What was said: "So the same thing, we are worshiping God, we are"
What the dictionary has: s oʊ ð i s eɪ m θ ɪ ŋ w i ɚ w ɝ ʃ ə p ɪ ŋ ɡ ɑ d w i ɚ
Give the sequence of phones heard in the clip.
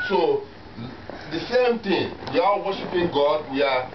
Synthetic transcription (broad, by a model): s oʊ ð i s eɪ m t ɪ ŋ w i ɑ w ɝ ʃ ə p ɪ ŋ ɡ ɑ d w i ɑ